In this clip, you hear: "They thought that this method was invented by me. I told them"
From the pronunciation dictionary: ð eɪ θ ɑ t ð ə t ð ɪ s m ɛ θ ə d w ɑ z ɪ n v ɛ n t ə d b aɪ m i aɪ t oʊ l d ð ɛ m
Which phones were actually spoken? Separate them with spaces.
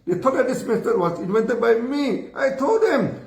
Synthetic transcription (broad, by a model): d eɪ t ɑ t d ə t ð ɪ s m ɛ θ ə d w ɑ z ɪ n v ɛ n t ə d b aɪ m i aɪ t oʊ l d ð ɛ m